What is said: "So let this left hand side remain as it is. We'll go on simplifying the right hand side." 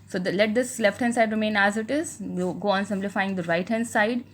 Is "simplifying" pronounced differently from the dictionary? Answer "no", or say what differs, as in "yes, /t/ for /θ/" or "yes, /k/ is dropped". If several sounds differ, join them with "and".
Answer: no